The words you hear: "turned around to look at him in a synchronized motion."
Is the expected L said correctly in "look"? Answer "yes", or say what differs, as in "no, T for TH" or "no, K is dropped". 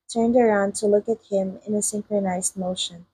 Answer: yes